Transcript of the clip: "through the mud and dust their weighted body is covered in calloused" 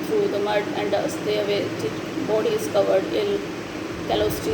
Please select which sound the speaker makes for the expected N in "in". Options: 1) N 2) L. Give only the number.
2